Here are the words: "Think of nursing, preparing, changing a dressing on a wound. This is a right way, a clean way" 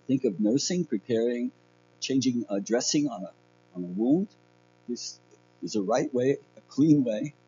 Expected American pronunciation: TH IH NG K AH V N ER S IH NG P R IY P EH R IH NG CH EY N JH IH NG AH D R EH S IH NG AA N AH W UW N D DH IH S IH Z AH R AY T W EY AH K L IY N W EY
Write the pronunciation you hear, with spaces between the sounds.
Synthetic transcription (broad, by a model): TH IH NG K AH V N ER S IH NG P R IY P EH R IH NG CH EY N JH IH NG AH D R EH S IH NG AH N AH W UW N D DH IH S IH Z AH R AY T W EY AH K L IY N W EY